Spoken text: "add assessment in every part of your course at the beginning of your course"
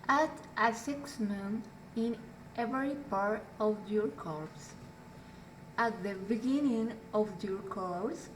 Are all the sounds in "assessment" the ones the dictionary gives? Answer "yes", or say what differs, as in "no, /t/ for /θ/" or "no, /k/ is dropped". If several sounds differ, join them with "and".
no, /t/ is dropped